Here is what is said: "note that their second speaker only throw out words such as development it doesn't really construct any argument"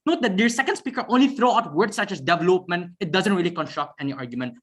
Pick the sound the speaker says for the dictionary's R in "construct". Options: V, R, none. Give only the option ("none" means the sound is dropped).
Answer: R